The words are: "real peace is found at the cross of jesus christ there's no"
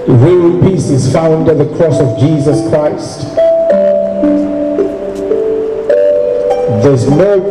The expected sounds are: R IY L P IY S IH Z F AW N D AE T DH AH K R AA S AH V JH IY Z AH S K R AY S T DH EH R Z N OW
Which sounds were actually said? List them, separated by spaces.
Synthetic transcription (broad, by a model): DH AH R P IY S IH Z F AW N D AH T DH AH K R AA S AH V JH IY Z AH S K R AY S T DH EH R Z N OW